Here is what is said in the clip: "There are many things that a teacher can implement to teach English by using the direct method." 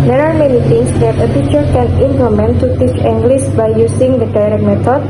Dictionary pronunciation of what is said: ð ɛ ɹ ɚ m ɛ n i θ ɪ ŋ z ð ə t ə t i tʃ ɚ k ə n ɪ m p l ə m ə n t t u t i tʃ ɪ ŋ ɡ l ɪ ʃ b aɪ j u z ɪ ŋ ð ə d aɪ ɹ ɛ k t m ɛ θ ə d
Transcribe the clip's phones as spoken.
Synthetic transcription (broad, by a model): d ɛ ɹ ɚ m ɛ n i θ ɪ ŋ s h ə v ə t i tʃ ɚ k ə n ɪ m p l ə m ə n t t u t i tʃ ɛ ŋ ɡ l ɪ s b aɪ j u s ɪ ŋ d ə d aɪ ɹ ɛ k m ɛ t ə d